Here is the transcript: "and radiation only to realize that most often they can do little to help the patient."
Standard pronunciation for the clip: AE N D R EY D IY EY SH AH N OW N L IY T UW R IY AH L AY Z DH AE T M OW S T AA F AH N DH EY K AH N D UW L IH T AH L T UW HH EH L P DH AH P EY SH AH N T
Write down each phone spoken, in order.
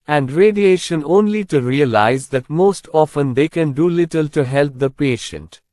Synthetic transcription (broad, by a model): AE N D R EY D IY EY SH AH N OW N L IY T UW R IY AH L AY Z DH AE T M OW S T AA F AH N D EY K AH N D UW L IH T AH L T UW HH EH L P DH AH P EY SH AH N T